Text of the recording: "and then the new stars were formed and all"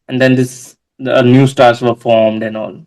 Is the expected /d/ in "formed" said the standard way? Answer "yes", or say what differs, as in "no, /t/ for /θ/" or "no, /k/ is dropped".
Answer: yes